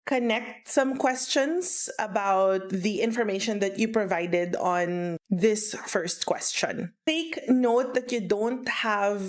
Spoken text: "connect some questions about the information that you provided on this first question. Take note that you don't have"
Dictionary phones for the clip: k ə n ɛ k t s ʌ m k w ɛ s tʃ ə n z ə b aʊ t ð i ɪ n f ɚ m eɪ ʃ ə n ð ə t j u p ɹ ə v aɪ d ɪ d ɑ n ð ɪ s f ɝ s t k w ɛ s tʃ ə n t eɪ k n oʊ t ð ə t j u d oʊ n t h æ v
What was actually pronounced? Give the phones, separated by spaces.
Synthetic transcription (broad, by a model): k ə n ɛ k t s ʌ m k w ɛ s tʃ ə n s ə b aʊ t ð i ɪ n f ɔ m eɪ ʃ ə n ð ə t j u p ɹ ə v aɪ d ɪ d ɑ n ð ɪ s f ɝ s t k w ɛ s tʃ ə n t eɪ k n oʊ t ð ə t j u d oʊ n t h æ v